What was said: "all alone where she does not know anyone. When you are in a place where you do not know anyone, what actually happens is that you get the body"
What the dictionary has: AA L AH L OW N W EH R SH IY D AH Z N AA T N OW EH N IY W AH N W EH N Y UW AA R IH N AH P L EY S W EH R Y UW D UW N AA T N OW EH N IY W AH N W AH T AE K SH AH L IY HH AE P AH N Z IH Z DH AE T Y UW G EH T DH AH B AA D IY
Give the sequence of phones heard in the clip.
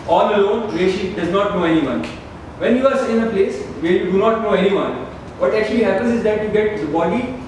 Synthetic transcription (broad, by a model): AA L AH L OW N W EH SH IY D AH Z N AA T N OW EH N IY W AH N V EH N Y UW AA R IH N AH P L EY S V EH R Y UW D UW N AA T N OW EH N IY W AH N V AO T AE K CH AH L IY HH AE P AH N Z IH Z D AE T Y UW G EH T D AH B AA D IY